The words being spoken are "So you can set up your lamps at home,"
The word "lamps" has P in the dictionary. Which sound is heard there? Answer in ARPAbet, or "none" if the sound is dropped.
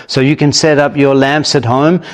P